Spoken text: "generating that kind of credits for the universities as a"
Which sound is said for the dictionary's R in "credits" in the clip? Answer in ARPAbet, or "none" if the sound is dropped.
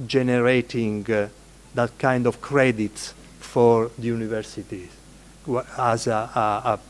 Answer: R